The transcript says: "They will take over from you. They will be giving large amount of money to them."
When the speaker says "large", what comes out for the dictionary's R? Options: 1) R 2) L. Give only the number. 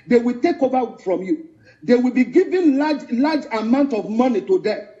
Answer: 2